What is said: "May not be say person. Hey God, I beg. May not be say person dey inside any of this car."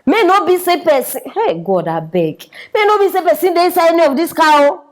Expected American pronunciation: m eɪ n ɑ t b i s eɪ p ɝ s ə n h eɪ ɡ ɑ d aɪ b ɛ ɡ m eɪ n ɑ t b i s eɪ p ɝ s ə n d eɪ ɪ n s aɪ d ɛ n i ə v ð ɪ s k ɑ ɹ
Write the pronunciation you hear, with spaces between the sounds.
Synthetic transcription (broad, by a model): m eɪ n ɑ b i s eɪ p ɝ s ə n h eɪ ɡ ɑ d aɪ b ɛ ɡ m eɪ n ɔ b i s eɪ p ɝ s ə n d eɪ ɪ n s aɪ ɛ n i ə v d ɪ s k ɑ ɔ